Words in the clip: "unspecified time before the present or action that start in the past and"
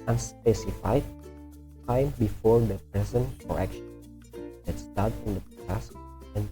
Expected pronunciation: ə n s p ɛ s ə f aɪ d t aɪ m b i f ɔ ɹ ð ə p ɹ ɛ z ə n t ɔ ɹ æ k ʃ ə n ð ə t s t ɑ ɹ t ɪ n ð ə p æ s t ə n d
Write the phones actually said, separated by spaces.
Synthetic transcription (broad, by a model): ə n s p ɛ s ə f aɪ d t aɪ m b i f ɔ ɹ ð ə p ɹ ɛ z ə n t ɔ ɹ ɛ k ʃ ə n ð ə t s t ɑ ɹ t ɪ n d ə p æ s ə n